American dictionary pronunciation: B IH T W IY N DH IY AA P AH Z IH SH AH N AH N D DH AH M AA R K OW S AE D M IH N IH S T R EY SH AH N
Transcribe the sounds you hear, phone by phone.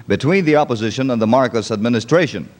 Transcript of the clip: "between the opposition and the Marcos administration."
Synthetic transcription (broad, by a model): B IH T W IY N DH IY AA P AH Z IH SH AH N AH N DH AH M AA R K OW S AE D M IH N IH S T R EY SH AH N